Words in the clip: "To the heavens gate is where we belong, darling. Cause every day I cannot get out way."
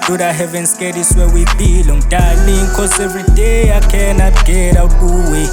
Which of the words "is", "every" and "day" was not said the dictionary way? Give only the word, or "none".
is